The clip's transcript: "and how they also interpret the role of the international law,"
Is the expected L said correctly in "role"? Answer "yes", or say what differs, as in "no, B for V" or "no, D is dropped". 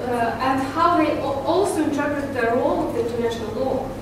yes